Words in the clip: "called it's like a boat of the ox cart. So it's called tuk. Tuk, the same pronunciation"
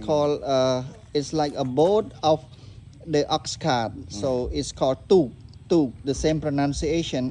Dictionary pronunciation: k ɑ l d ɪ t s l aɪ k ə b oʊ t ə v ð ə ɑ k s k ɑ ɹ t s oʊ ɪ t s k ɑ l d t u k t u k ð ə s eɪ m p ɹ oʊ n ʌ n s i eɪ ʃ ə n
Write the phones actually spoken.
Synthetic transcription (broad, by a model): k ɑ l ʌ ɪ t s l aɪ k ə b oʊ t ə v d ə ɑ k s k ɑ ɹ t s oʊ ɪ t s k ɑ l d t u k t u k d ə s eɪ m p ɹ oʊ n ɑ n s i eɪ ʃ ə n